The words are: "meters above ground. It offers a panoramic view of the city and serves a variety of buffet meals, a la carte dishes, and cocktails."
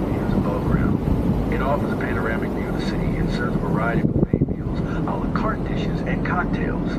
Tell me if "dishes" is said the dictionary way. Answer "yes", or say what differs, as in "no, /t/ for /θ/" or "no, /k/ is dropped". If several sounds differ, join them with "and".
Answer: yes